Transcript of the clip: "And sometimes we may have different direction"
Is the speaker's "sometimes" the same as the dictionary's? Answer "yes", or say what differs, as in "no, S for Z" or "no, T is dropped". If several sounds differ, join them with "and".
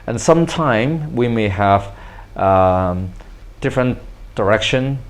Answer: no, Z is dropped